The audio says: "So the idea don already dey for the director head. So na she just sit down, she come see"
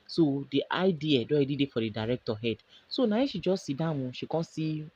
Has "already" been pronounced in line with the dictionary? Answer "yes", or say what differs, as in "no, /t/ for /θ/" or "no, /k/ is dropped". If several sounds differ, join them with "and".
no, /ɹ/ is dropped